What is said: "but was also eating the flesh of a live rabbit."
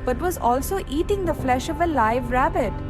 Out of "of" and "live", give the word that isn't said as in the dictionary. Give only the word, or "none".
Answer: none